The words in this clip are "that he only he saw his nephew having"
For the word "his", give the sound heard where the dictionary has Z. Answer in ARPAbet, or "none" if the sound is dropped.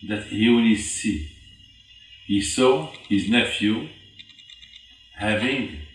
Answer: Z